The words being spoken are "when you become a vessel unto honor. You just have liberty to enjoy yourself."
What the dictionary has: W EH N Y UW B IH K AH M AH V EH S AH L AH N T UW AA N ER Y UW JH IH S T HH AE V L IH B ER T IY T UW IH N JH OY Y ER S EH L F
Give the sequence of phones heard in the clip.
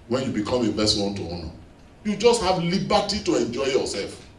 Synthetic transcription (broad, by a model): W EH N Y UW B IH K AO M AH B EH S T W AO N T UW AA N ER Y UW JH IH S T HH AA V L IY B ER T IY T UW IH N JH OY Y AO S EH L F